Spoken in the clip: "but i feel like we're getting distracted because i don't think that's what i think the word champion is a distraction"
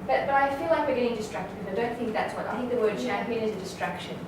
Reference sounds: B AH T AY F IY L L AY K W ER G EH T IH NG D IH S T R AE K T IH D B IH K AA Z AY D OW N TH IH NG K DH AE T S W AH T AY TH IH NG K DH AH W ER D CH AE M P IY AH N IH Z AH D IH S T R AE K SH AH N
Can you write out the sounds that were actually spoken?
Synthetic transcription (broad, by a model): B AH T AY F IY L L AY K W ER G EH T IH NG D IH S T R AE K T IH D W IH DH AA IH D OW N TH IH NG K DH AE T S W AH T AY TH IH NG K DH AH W ER D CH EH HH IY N IH Z AH D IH S T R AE K SH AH N